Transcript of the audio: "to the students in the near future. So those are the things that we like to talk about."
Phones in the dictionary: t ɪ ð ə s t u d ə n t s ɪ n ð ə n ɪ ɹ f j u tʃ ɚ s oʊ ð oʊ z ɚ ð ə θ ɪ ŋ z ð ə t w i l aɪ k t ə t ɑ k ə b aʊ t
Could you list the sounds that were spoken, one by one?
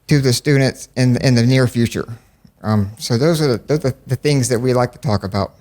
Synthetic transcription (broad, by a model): t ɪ ð ə s t u d n t s ɪ n ð ə n ɪ ɹ f j u tʃ ɚ s oʊ ð oʊ z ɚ ð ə θ ɪ ŋ z ð ə t w i l aɪ k t ə t ɑ k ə b aʊ t